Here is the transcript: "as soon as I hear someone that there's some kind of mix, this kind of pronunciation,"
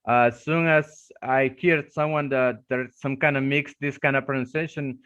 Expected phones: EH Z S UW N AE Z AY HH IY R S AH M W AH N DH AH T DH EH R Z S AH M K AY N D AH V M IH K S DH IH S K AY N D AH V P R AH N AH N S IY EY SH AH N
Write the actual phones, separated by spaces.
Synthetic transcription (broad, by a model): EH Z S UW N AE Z AY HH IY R S AH M W AH N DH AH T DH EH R S AH M K AY N D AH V M IH K S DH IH S K AY N D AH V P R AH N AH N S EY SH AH N